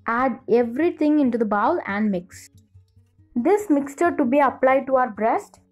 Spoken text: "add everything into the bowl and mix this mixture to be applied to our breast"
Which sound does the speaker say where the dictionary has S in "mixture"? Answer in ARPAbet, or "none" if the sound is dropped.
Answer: S